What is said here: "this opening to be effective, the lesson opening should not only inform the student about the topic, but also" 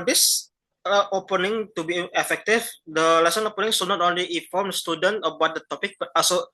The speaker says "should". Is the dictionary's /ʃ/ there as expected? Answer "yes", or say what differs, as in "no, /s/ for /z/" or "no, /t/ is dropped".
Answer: no, /s/ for /ʃ/